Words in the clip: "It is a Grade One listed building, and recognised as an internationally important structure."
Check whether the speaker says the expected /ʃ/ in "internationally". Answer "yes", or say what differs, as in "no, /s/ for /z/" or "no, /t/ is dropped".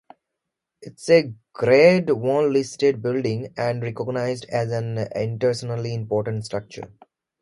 no, /ʃ/ is dropped